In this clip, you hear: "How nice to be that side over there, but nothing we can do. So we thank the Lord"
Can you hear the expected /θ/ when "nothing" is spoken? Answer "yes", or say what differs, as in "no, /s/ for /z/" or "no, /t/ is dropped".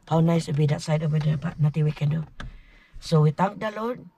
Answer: no, /t/ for /θ/